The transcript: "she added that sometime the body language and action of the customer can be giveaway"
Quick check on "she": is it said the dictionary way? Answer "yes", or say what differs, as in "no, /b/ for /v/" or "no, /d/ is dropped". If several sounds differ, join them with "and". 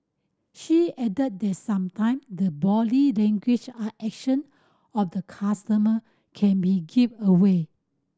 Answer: yes